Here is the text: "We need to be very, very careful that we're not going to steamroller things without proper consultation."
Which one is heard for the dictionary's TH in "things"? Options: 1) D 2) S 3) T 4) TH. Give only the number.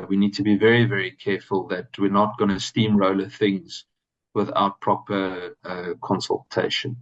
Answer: 4